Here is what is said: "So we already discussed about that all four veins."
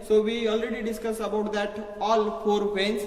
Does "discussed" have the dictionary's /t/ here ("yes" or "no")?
no